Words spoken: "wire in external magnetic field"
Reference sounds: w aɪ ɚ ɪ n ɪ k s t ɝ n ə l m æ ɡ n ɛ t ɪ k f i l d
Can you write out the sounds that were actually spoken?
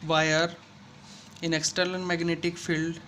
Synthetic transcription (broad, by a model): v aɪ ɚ ɪ n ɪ k s t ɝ l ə n m æ ɡ n ɛ t ɪ k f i l d